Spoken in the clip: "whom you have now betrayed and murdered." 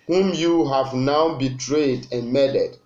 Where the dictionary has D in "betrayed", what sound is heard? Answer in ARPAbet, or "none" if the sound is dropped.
D